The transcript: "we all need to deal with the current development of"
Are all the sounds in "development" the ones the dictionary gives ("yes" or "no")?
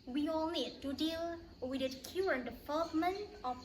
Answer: no